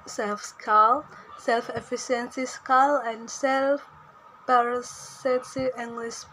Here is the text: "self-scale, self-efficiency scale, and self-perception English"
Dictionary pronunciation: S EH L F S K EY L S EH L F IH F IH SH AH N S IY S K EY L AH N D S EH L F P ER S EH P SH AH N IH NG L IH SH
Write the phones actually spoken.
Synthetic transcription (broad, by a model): S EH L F S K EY L S EH L F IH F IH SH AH N S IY S K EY L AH N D S EH L F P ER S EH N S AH IH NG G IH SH